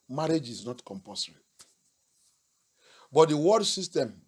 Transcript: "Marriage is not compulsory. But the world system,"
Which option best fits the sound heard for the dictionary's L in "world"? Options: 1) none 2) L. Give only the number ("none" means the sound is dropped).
1